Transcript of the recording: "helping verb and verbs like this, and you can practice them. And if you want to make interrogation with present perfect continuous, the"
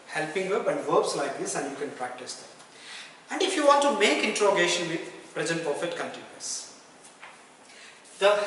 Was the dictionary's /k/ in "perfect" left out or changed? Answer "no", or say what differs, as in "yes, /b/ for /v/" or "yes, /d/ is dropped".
yes, /k/ is dropped